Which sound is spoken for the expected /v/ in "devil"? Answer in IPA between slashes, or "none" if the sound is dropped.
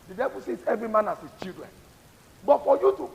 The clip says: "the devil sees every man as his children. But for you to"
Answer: /b/